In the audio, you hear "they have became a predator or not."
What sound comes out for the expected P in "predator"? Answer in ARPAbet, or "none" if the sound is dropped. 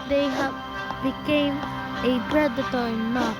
B